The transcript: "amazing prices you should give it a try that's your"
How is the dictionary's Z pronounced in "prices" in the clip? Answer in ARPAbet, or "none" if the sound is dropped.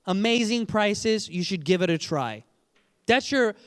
Z